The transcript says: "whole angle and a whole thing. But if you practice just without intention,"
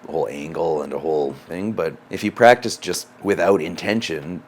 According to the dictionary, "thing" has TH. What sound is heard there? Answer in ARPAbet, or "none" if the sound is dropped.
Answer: TH